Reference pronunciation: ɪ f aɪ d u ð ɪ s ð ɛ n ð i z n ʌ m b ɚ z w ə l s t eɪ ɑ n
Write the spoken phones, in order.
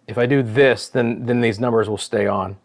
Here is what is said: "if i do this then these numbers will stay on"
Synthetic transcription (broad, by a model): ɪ f aɪ d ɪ ð ɪ s ð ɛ n ð i z n ʌ m b ɚ z w ə l s t eɪ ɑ n